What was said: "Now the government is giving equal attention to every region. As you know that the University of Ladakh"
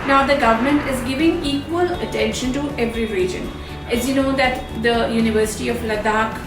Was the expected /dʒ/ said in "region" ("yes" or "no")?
yes